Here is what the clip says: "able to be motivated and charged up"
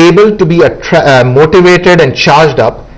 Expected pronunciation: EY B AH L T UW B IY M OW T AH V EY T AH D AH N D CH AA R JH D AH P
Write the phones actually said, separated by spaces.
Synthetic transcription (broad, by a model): EY B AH L T UW B IY M OW T AH V EY T AH D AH N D CH AA R JH D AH P